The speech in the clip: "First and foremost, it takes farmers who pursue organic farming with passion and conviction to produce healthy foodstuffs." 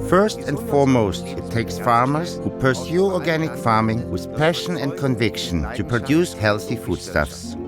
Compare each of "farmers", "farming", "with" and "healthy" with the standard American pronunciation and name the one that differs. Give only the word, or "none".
none